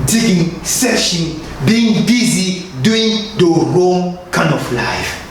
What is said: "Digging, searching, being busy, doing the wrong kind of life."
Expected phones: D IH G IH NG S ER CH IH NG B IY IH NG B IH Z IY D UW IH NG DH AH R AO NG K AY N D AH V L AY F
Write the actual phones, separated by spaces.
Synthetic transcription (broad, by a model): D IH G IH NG S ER SH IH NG B IY IH NG B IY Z IY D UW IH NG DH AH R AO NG K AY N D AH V L AY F